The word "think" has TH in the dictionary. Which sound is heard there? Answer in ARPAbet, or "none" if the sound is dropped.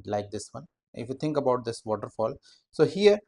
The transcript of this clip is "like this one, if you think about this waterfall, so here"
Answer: T